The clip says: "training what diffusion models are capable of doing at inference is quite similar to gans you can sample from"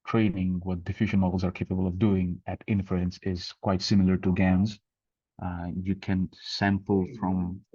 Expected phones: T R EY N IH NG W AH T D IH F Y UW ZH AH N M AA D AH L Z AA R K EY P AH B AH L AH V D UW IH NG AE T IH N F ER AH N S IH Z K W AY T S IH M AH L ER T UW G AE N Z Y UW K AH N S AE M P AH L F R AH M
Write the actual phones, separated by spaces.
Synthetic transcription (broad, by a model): T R EY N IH NG W AH T D IH F Y UW ZH AH N M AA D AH L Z AA R K EY P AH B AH L AH V D UW IH NG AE T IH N F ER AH N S IH Z K W AY T S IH M L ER T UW G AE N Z Y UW K AH N S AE M P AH L F R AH M